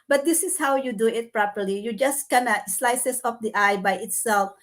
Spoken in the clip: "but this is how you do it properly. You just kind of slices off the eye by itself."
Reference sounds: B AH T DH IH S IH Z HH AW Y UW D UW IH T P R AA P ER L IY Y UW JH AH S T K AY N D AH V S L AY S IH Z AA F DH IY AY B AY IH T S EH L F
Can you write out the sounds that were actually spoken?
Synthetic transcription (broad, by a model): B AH T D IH S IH S HH AW Y UW D UW IH T P R AA P ER L IY Y UW JH AH S T K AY N AH S L AY S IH S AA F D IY AY B AY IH T S EH L F